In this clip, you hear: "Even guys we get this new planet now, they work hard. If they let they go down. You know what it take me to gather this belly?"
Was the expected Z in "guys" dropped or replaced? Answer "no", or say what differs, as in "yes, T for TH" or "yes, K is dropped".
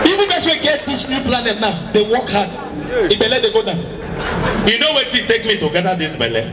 yes, S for Z